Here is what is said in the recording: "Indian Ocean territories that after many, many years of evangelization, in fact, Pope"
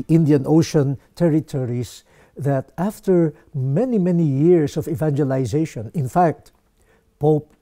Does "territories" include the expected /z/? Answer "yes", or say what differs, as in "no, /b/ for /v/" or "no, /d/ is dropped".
no, /s/ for /z/